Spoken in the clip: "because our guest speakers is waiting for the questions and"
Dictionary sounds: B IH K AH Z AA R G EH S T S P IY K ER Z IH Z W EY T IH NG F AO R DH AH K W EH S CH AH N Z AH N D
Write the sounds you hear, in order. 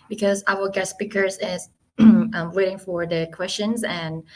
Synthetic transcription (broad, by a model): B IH K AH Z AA W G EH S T S P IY K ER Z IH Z W EY T IH NG F AO R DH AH K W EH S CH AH N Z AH N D